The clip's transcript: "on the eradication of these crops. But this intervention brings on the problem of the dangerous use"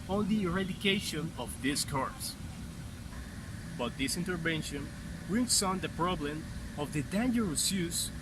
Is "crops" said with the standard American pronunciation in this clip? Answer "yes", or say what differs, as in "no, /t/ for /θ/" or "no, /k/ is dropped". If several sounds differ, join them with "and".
no, /ɹ/ is dropped